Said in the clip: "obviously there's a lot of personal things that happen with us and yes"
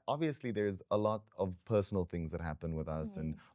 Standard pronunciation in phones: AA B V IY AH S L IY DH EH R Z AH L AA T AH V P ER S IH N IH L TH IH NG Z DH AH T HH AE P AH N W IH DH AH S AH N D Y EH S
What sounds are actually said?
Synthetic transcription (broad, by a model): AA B V IY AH S L IY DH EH R Z AH L AA T AH V P ER S N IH L TH IH NG Z DH AH T HH AE P AH N W IH DH AH S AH N